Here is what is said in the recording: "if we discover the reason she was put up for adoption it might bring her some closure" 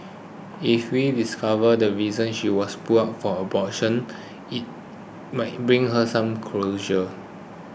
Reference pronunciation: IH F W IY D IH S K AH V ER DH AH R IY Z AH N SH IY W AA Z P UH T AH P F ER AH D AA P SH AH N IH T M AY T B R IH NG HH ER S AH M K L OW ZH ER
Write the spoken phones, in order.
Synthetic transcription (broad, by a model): IH F W IY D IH S K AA V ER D AH R IY Z AH N SH IY W AA S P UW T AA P F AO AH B AA SH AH N IH T M AY T B R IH NG HH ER S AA M K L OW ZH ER